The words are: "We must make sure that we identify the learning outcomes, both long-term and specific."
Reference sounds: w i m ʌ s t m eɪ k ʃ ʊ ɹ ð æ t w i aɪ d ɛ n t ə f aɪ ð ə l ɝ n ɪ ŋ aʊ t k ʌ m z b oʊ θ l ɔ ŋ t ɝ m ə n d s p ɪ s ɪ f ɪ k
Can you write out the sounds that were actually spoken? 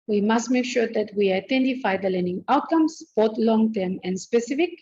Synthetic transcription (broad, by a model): w i m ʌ s t m eɪ k ʃ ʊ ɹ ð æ t w i aɪ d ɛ n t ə f aɪ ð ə l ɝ n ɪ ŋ aʊ t k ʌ m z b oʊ t l ɔ ŋ t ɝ m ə n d s p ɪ s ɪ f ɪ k